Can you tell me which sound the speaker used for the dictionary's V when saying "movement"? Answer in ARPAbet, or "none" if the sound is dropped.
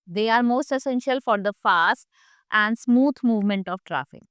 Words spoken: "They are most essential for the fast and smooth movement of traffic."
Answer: V